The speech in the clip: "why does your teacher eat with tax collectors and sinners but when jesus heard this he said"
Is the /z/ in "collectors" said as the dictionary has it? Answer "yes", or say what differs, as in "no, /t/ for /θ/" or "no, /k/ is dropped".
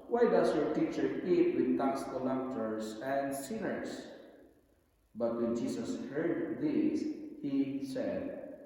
no, /s/ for /z/